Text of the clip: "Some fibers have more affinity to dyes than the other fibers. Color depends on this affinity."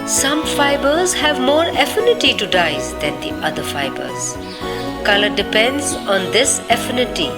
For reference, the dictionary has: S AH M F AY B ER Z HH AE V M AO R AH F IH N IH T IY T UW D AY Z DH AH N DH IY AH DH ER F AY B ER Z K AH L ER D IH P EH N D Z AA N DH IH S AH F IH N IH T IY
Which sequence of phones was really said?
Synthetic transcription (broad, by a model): S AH M F AY B ER Z HH AE V M AO R AH F IH N IH T IY T UW D AY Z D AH N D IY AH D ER F AY B ER Z K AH L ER D IH P EH N D Z AA N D IH S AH F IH N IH T IY